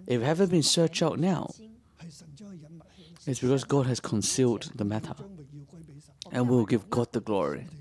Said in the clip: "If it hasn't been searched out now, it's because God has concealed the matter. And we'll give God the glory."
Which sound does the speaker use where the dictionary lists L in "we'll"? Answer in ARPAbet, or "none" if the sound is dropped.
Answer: W